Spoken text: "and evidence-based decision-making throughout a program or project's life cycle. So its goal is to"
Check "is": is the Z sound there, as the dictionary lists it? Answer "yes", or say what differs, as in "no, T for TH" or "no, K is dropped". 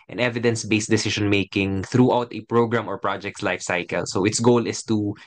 no, S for Z